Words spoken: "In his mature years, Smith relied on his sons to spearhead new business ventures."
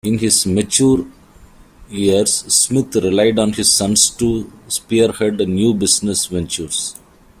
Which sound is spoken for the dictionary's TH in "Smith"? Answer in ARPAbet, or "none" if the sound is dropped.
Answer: T